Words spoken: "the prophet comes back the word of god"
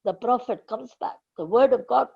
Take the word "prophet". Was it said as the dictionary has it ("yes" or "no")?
yes